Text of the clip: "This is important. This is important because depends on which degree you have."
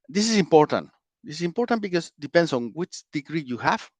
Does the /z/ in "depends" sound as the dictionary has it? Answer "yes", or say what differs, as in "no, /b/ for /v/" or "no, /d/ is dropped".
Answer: no, /s/ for /z/